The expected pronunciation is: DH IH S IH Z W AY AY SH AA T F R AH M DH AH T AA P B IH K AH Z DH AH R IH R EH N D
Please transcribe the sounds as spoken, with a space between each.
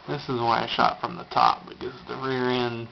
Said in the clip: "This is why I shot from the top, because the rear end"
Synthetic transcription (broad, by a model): DH IH S IH Z W AY AY SH AA T F R AH M DH AH T AA P B IH K AH Z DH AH R IH R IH N